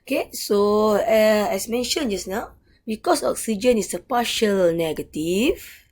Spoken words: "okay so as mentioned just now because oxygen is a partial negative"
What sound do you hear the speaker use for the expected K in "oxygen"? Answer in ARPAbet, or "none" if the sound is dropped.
K